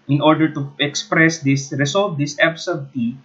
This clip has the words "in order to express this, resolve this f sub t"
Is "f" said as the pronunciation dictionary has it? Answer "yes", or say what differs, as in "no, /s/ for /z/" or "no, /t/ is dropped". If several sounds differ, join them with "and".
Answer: no, /p/ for /f/